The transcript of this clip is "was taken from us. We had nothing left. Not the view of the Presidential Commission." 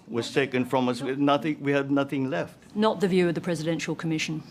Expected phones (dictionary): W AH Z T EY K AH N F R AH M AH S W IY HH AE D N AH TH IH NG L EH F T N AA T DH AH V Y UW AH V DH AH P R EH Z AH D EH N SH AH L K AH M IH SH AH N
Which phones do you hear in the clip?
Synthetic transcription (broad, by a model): W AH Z T EY K AH N F R AH M AH S W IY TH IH D N AH TH IH NG L EH F T N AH T DH AH V Y UW AH V DH AH P R EH Z AH D EH N SH AH L K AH M IH SH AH N